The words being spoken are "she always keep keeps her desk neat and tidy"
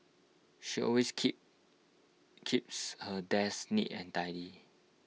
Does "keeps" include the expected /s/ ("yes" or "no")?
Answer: yes